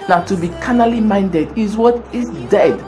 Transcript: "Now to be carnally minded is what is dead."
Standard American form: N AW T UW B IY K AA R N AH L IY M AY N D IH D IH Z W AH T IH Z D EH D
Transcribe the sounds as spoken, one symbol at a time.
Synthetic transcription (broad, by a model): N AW T UW B IY K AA N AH L IY M AY N D IH D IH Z W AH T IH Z D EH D